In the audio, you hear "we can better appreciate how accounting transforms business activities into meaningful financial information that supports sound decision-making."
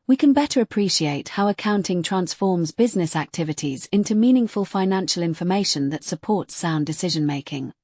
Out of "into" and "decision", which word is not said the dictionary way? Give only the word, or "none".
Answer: none